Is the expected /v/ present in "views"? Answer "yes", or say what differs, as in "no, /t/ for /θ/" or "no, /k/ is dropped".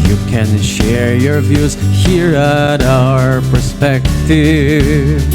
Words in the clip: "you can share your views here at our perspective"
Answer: yes